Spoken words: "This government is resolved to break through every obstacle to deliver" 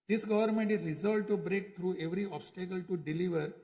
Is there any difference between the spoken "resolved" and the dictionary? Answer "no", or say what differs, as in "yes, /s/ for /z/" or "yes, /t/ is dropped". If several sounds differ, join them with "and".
yes, /v/ is dropped